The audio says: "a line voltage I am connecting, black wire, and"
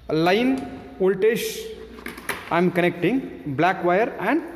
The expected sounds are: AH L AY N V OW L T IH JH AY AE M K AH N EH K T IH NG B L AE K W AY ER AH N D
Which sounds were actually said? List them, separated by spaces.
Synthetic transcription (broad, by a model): L AY N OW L T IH SH AY M K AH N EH K T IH NG B L AE K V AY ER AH N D